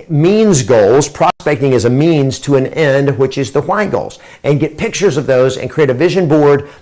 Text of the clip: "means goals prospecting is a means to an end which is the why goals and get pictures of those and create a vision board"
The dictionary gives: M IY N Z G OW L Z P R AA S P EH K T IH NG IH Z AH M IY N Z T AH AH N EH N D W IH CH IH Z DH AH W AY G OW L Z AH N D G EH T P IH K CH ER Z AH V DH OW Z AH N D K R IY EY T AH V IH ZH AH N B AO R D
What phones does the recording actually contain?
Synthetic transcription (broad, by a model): M IY N Z G OW L Z P R AA S P EH K T IH NG IH Z AH M IY N Z T AH AH N EH N D W IH CH IH Z DH AH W AY G OW L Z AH N G EH T P IH K CH ER Z AH V DH OW Z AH N K R IY EY T AH V IH ZH AH N B AO R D